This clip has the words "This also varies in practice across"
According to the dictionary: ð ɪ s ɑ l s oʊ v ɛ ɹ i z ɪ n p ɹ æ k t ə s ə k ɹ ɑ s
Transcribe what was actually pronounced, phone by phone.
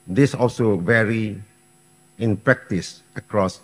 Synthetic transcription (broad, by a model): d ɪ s ɑ l s oʊ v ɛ ɹ i ɪ n p ɹ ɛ k t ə s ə k ɹ ɑ s